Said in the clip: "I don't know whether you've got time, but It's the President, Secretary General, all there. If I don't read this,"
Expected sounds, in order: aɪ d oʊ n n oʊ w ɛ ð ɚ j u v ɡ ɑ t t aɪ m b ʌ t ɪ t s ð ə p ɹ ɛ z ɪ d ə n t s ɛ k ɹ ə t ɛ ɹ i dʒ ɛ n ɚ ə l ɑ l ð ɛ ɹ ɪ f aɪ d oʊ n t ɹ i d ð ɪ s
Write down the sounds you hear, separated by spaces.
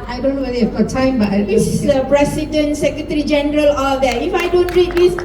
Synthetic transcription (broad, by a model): aɪ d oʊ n n oʊ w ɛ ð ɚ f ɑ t t aɪ m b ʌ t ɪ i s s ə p ɹ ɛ s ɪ d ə n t s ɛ k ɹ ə t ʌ ɹ i dʒ ɛ n ɚ ə l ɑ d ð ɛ ɪ f aɪ d oʊ n t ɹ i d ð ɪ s